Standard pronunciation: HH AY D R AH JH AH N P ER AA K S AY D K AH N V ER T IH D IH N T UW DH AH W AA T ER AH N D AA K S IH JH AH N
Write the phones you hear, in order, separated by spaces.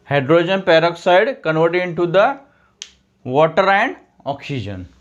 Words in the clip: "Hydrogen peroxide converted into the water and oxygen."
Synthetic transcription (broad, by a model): HH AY D R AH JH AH N P ER AA K S AY D K AH N V ER T IH D IH N T UW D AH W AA T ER AH N D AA K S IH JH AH N